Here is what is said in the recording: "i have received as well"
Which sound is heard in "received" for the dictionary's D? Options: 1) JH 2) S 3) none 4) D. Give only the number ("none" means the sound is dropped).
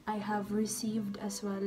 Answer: 4